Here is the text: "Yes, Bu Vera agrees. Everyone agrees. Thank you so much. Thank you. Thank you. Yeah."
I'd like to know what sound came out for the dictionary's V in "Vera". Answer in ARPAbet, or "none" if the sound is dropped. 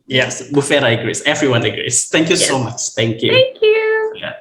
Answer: F